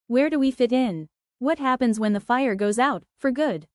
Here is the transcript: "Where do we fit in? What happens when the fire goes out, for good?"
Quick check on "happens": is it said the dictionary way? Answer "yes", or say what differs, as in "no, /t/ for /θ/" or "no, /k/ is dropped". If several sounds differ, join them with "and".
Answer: yes